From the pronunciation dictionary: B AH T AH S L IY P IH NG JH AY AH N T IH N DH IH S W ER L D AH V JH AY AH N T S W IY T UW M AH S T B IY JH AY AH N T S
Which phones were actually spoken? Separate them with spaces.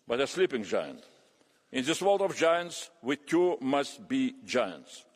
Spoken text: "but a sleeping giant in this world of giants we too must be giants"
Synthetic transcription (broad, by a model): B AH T AH S L IY P IH NG JH AY AH N T IH N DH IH S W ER L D AH V JH AY AH N T S W IY T UW M AH S T B IY JH AY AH N T S